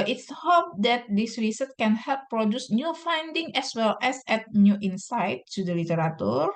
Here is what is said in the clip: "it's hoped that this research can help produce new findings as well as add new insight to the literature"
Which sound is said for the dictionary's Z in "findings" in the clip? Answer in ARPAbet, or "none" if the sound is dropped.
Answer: none